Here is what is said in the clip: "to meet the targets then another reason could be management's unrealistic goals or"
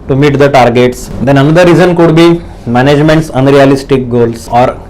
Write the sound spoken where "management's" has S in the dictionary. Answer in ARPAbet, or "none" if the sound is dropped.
S